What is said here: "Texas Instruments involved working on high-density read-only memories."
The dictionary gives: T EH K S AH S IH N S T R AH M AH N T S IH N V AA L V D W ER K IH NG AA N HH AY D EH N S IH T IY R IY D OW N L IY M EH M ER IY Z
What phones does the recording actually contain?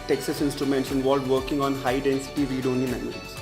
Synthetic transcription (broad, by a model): T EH K S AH S IH N S T R AH M AH N T S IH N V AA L D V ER K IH NG AA N HH AY D EH N S IH T IY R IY D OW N IY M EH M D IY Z